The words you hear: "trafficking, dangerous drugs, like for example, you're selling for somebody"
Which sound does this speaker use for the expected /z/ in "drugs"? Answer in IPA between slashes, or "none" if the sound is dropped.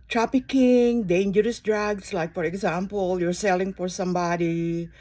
/s/